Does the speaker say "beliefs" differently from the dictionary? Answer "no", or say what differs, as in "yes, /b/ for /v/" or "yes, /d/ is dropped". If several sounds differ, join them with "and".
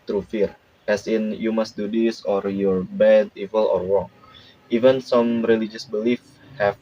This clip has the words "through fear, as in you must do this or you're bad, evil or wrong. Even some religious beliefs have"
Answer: yes, /s/ is dropped